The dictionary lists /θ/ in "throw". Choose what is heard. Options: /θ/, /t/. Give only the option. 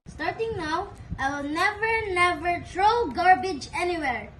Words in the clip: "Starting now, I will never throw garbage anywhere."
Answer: /t/